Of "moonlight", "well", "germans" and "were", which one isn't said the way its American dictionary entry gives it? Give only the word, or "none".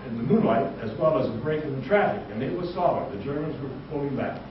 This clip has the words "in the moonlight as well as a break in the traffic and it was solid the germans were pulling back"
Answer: none